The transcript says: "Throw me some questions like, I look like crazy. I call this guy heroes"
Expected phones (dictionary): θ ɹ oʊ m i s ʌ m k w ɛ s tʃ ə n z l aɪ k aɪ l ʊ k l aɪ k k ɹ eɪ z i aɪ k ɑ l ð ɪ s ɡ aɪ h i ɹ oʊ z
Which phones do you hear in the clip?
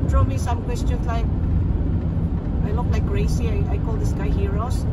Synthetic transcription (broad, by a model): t ɹ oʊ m i s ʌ m k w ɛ s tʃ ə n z l aɪ k aɪ l ʊ k l aɪ k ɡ ɹ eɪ s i aɪ k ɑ l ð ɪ s ɡ aɪ h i ɹ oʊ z